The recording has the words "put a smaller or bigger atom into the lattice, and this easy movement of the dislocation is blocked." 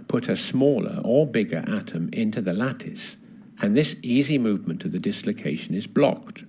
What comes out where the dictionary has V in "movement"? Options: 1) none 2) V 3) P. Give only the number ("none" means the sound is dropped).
2